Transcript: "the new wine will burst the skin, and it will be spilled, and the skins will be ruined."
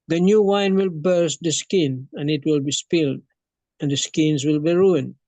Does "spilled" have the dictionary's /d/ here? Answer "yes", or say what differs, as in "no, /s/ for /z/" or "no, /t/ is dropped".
yes